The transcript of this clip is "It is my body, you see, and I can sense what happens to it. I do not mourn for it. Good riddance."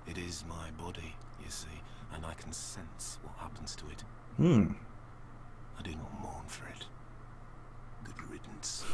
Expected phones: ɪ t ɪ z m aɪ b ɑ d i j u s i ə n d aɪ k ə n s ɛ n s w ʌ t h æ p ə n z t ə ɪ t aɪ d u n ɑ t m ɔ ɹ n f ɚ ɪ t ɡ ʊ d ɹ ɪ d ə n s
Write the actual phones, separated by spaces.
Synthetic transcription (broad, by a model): ɪ t ɪ z m aɪ b ɑ d i j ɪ s i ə n aɪ k n s ɛ n s w ʌ t h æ p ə n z t ə ɪ t aɪ d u n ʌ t m ɔ ɹ n f ɚ ɪ t ɡ ʊ d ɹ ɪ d n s